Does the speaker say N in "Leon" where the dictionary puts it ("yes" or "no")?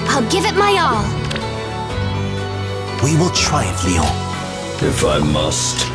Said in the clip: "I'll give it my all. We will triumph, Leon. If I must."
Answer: no